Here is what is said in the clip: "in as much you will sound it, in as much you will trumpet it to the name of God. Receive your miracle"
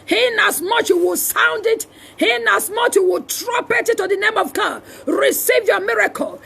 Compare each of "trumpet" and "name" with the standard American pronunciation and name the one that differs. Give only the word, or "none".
trumpet